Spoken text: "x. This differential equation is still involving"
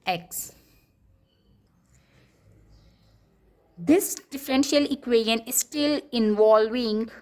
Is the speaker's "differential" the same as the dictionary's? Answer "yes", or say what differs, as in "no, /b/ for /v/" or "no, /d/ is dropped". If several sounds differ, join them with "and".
yes